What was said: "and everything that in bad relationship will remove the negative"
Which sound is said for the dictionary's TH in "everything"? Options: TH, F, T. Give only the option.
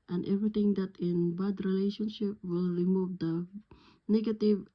T